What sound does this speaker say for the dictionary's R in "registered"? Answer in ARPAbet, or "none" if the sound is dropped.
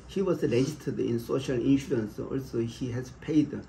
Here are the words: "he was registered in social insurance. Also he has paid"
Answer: L